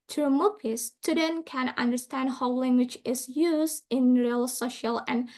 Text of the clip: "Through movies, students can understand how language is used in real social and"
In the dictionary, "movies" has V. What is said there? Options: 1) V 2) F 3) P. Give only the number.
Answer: 3